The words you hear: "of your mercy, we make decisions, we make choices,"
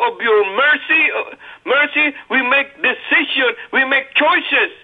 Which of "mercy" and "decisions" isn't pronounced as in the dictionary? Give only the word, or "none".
decisions